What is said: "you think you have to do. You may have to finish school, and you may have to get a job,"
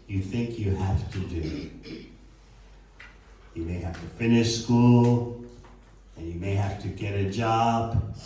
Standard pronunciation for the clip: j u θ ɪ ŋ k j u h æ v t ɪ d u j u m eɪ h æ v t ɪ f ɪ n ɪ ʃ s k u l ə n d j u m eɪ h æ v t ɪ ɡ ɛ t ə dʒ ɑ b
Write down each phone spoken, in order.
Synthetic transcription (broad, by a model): j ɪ θ ɪ ŋ k j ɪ h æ f t ɪ d u j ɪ m eɪ h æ f t ɪ f ɪ n ɪ ʃ s k u l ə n j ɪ m eɪ h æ f t ɪ ɡ ɛ t ə dʒ ɑ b